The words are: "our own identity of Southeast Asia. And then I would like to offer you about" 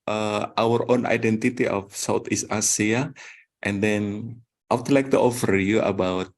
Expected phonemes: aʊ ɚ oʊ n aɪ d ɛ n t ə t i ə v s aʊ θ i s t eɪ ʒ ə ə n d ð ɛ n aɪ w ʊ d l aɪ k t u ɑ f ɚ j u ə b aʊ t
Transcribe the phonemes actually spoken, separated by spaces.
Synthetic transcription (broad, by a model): aʊ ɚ oʊ n aɪ d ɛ n t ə t i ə f s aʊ t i s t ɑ s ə ə n d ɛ n aɪ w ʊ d l aɪ k t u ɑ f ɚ j u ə b aʊ t